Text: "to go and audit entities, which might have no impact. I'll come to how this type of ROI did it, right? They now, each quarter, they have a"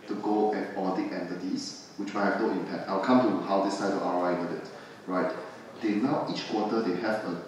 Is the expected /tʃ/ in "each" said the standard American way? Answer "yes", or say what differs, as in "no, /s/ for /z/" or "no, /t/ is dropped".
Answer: yes